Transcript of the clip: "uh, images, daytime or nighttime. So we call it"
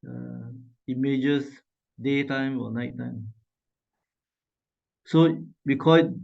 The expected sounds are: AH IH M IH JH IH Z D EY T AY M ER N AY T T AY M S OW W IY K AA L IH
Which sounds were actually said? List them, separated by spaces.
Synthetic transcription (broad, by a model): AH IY M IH JH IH S D EY T AY M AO N AY T T AY M S OW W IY K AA